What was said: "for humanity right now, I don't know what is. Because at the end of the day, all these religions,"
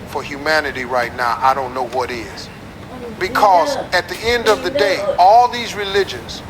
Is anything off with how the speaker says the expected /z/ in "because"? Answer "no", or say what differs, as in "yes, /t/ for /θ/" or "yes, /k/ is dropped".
no